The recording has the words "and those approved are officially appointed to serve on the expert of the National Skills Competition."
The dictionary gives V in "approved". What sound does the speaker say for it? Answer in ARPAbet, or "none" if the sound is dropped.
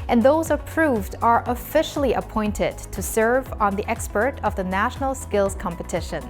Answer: V